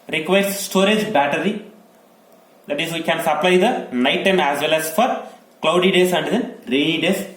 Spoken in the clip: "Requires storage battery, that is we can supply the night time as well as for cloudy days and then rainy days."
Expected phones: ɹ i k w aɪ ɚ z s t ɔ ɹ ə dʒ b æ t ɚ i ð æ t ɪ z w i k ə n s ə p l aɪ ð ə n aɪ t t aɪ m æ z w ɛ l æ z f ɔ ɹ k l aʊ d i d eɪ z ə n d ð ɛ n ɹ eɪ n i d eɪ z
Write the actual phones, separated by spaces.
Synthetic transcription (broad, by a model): ɹ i k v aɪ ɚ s s t ɔ ɹ ə dʒ b æ t ɚ i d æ t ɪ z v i k ə n s ə p l aɪ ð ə n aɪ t t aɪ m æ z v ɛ l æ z f ɔ ɹ k l aʊ d i d eɪ s ə n d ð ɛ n ɹ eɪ l i d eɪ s